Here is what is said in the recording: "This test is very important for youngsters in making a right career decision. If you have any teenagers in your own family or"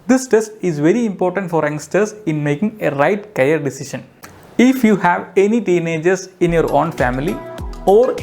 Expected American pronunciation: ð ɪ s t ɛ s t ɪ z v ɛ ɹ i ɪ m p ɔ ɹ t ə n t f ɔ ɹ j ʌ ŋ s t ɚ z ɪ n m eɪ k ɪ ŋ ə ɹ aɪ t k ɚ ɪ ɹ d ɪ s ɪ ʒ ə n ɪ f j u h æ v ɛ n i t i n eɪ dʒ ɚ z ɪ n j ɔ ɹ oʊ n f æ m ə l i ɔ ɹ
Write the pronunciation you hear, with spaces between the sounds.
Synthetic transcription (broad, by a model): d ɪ s t ɛ s t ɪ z v ɛ ɹ i ɪ m p ɔ ɹ t ə n t f ɔ ɹ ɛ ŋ s t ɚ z ɪ n m eɪ k ɪ ŋ ə ɹ aɪ t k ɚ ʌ ɹ d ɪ s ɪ ʃ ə n ɪ f j u h æ v ɛ n i t i n eɪ dʒ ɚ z ɪ n j ɔ ɹ oʊ n f æ m ə l i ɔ ɹ